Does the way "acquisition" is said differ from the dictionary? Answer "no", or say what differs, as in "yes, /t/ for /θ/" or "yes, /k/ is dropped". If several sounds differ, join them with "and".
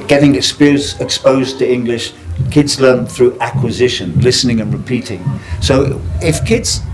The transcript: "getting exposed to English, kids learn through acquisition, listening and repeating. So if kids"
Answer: no